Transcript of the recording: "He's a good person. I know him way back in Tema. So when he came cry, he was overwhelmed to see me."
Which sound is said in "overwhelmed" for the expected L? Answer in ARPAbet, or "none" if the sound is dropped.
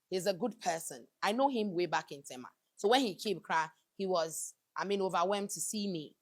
none